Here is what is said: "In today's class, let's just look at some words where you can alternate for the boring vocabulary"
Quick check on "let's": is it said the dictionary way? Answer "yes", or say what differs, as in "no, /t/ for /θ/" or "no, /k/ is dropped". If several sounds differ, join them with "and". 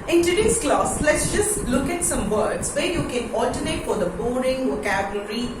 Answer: yes